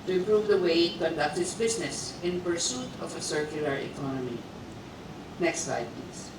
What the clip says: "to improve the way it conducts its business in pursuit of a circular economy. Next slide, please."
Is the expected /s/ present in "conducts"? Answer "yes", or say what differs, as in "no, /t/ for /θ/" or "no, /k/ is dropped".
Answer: no, /s/ is dropped